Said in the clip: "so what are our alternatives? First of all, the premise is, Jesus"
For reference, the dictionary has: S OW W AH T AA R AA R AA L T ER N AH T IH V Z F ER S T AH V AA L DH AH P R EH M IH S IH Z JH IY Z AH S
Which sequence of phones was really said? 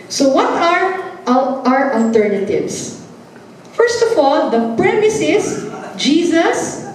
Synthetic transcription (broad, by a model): S OW W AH T AA R AA R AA L T ER N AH T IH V S F ER S T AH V AA L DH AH P R EH M IH S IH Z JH IY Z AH S